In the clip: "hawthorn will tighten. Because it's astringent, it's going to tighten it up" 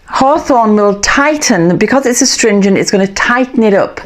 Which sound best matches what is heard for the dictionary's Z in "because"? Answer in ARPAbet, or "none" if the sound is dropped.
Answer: Z